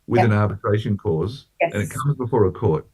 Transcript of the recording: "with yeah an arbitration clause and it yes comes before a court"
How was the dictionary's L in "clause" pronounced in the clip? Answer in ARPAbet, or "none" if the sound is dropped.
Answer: none